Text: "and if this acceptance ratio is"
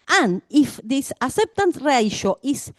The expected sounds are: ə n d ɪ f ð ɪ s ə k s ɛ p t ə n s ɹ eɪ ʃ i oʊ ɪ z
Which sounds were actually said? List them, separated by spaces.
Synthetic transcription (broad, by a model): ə n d ɪ f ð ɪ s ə s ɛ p t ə n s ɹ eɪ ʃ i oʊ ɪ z